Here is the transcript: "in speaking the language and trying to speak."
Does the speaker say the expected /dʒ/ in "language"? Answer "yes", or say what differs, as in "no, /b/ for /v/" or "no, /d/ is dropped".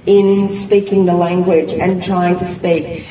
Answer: yes